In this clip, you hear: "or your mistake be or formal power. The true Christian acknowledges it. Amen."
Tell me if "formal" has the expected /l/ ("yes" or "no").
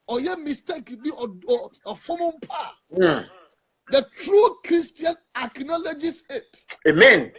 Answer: no